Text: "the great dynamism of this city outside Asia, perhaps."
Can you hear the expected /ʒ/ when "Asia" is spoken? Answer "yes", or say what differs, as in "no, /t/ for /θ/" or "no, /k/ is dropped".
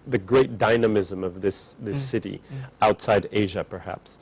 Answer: yes